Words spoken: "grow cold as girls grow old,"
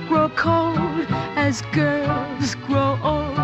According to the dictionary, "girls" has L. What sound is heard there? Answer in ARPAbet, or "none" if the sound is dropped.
none